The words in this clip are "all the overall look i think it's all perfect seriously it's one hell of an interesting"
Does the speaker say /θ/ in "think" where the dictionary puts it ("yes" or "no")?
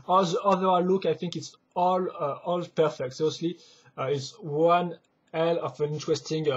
yes